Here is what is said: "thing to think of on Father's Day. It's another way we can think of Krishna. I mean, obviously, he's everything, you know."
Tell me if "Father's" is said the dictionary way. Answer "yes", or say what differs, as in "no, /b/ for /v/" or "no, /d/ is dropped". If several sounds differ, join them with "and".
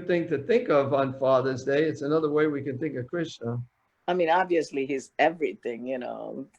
yes